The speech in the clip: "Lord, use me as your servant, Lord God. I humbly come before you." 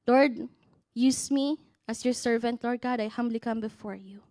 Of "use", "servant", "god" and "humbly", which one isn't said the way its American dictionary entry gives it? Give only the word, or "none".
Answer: none